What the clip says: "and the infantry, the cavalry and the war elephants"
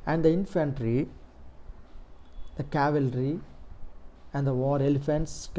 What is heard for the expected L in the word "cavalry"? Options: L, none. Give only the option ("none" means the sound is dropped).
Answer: L